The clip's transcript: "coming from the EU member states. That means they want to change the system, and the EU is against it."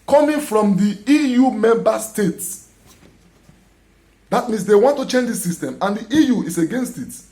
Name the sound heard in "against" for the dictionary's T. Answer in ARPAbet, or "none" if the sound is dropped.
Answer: T